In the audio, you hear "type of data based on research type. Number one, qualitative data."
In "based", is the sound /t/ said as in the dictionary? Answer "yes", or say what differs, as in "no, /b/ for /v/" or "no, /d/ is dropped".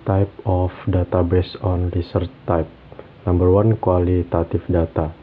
no, /t/ is dropped